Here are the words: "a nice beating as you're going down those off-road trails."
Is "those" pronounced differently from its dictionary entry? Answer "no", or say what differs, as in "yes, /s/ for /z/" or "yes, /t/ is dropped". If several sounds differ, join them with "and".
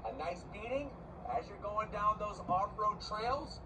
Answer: no